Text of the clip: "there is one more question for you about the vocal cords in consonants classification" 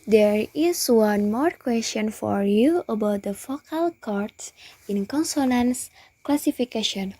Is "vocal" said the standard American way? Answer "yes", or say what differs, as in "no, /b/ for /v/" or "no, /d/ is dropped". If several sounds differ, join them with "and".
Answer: no, /f/ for /v/